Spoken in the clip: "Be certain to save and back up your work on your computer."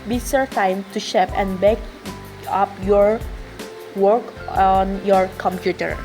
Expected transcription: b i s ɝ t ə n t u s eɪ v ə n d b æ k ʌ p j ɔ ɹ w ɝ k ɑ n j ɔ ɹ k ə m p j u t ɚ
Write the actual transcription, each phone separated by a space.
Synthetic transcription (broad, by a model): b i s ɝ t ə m t u ʃ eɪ p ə n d b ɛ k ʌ p j ɔ ɹ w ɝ k ɑ n j ɔ ɹ k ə m p j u t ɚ